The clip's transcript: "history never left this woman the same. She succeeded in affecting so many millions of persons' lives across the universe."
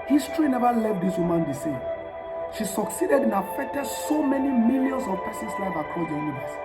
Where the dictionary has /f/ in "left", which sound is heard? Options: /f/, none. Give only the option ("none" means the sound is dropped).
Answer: none